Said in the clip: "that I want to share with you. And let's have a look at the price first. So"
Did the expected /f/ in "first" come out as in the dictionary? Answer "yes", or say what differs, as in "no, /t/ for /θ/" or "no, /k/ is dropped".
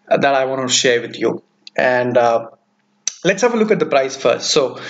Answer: yes